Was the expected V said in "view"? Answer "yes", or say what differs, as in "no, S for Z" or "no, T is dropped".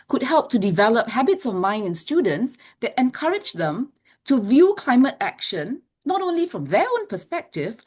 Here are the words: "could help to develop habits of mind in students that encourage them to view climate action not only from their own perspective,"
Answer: yes